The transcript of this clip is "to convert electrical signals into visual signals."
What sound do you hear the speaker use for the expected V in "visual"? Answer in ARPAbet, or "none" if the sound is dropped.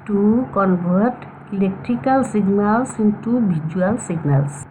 B